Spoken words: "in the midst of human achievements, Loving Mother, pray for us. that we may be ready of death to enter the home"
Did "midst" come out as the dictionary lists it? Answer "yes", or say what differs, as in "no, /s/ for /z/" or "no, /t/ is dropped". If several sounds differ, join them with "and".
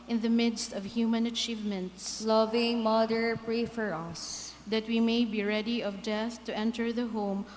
yes